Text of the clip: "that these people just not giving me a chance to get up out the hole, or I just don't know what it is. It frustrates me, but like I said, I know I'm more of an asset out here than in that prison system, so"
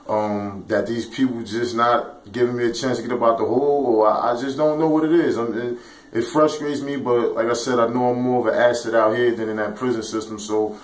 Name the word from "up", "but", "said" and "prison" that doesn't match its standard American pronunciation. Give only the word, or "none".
up